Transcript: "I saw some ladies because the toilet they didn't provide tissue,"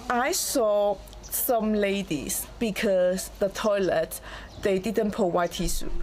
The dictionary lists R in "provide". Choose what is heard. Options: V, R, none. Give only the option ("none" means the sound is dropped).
none